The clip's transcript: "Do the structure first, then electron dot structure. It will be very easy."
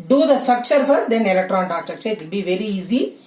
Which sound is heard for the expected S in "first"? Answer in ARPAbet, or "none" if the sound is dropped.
none